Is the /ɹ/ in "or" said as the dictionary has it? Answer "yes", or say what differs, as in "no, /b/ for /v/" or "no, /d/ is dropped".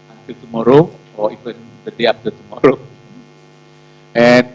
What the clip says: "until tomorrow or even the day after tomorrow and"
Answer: no, /w/ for /ɹ/